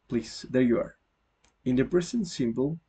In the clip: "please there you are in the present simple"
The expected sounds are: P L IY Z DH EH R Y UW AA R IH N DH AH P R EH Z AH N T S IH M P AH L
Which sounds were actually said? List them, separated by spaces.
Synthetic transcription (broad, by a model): P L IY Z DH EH R Y UW AA R IH N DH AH B R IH S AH N S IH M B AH L